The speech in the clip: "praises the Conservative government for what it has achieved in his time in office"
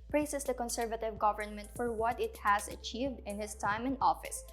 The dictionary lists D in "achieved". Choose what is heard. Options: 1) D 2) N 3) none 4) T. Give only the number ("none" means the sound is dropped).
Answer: 1